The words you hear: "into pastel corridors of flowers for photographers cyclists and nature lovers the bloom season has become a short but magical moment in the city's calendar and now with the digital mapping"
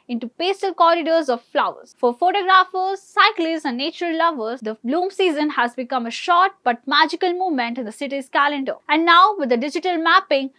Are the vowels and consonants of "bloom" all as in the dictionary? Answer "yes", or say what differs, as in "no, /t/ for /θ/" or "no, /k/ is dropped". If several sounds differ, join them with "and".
yes